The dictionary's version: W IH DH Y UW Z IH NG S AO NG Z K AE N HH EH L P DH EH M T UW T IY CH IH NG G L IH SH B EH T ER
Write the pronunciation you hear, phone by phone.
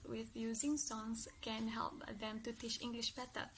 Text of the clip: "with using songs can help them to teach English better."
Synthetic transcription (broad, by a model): W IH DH Y UW Z IH NG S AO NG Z K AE N HH EH L P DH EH M T UW T IY CH IH NG G L IH SH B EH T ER